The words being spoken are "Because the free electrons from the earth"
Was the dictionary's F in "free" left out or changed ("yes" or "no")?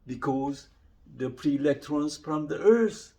yes